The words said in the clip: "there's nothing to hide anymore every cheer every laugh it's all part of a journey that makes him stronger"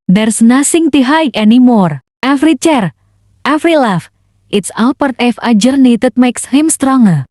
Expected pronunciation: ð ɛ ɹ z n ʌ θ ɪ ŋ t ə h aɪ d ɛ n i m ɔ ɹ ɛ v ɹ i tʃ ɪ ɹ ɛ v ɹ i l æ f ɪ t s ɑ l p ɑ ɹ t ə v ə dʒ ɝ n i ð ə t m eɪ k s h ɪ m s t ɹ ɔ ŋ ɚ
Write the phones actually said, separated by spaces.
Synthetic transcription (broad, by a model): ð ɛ ɹ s n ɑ s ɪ ŋ t ə h aɪ ɛ n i m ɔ ɹ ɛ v ɹ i tʃ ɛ ɹ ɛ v ɹ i l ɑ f ɪ t s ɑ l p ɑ ɹ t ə f ə dʒ ɝ n i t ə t m eɪ k s h ɪ m s t ɹ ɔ ŋ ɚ